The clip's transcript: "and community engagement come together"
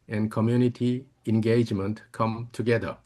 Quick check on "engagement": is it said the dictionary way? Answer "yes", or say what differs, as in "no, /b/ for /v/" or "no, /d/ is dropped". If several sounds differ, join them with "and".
yes